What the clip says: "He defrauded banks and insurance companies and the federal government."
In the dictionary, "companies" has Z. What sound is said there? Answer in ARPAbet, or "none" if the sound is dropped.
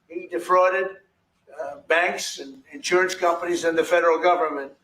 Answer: Z